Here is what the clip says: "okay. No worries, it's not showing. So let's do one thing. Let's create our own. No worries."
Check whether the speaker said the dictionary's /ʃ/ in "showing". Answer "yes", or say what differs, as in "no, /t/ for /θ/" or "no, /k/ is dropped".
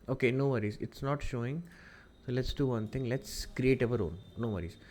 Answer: yes